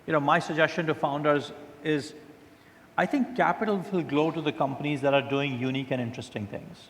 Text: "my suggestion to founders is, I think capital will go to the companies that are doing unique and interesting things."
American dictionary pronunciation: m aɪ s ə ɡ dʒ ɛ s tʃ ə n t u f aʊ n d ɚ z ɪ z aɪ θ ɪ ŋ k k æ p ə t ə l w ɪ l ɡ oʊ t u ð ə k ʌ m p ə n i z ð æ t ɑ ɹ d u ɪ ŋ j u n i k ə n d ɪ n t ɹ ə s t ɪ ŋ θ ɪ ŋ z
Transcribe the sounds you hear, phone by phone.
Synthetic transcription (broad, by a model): m aɪ s ə ɡ dʒ ɛ s tʃ ə n t u f aʊ n d ɚ z ɪ z aɪ t ɪ ŋ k k æ p ə t ə l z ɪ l ɡ oʊ t u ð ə k ʌ m p ə n i z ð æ t ɑ ɹ d u ɪ ŋ j u n i k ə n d ɪ n t ɹ ə s t ɪ ŋ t ɪ ŋ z